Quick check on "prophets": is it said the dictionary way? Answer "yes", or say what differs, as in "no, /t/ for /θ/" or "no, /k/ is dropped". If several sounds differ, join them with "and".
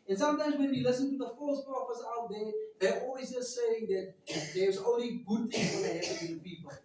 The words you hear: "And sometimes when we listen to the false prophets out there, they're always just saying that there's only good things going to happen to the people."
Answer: no, /ɹ/ is dropped